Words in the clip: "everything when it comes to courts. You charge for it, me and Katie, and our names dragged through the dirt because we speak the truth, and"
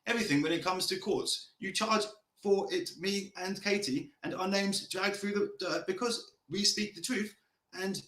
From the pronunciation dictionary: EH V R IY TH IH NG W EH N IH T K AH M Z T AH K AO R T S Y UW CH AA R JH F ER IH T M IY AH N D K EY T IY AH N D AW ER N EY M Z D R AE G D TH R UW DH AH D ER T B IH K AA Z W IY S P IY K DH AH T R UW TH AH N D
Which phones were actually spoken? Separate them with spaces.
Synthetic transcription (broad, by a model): EH V R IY TH IH NG W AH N IH T K AH M Z T AH K AO R T S Y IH CH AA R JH F ER IH T M IY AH N K EY T IY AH N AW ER N EY M Z D R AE G TH R UW DH AH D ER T B IH K AA Z W IY S P IY K DH AH T R UW TH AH N